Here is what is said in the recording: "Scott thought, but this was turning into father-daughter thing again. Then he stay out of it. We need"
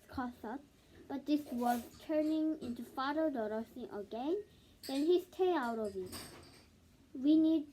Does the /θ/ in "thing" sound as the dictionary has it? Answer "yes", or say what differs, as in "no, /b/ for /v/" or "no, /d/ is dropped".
no, /s/ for /θ/